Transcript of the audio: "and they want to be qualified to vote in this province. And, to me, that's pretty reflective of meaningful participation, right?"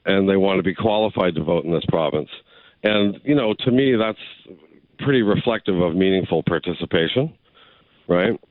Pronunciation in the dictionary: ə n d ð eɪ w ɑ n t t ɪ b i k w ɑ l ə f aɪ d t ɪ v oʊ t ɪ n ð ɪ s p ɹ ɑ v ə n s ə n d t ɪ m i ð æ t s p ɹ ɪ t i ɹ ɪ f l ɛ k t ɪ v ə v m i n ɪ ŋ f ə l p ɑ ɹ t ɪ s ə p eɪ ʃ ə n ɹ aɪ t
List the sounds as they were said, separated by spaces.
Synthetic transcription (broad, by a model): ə n ð eɪ w ɑ n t t ɪ b i k w ɑ l ə f aɪ d t ɪ v oʊ t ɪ n ð ɪ s p ɹ ɑ v ə n s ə n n t ɪ m i ð æ t s p ɹ ɪ t i ɹ ɪ f l ɛ k t ɪ v ə v m i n ɪ ŋ f l p ɑ ɹ t ɪ s ə p eɪ ʃ ə n ɹ aɪ t